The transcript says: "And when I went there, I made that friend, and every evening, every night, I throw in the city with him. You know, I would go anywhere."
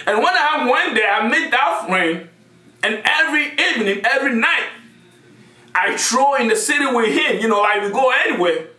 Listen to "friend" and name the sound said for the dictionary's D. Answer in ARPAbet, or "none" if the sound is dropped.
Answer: none